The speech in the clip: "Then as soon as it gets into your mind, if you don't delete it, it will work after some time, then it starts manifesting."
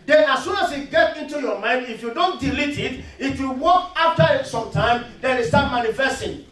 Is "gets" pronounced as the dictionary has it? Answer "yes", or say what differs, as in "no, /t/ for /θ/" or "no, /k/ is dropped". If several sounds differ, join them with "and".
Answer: no, /s/ is dropped